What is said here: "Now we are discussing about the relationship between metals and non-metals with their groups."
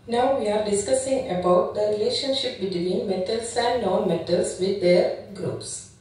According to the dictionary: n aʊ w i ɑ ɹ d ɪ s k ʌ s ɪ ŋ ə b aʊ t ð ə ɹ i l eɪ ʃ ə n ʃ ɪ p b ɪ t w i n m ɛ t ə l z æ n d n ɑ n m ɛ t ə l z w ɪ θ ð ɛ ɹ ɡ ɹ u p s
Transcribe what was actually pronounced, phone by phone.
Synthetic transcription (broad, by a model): n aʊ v i ɑ ɹ d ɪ s k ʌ s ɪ ŋ ə b aʊ t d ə ɹ i l eɪ ʃ ə n ʃ ɪ p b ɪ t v i n m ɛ t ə l s æ n d n ɑ n m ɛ t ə l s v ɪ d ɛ ɹ ɡ ɹ u p s